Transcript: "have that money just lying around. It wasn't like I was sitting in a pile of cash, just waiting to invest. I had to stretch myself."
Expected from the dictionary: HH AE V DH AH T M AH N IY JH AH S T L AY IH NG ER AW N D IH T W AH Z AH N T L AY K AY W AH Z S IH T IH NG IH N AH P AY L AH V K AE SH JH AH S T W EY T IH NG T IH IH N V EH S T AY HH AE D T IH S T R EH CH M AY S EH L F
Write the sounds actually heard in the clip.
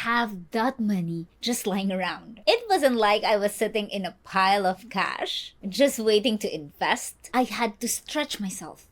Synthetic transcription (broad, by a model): HH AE V DH AH T M AH N IY JH AH S T L AY IH NG ER AW N D IH T W AH Z AH N T L AY K AY W AH Z S IH T IH NG IH N AH P AY L AH V K AE SH JH AH S T W EY T IH NG T IH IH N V EH S T AY HH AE D T IH S T R EH CH M AY S EH L F